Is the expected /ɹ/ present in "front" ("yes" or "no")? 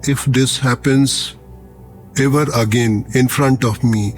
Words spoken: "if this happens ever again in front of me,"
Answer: yes